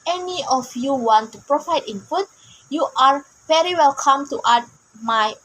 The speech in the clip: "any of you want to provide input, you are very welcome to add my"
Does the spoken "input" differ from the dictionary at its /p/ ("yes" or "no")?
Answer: yes